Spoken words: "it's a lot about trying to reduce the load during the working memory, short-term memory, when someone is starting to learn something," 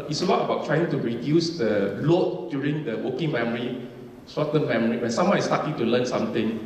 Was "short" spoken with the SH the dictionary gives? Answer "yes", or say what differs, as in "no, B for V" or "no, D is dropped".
no, S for SH